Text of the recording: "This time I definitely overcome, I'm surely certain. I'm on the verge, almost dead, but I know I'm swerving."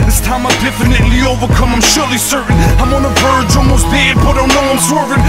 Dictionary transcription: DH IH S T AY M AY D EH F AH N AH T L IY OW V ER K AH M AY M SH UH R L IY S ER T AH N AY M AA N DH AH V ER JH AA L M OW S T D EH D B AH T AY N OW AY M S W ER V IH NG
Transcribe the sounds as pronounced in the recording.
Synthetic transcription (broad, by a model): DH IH S T AY M AY D EH F AH N AH T L IY OW V ER K AH M AY M SH UH R L IY S ER T N AY M AA N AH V ER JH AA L M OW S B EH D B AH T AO N OW AY M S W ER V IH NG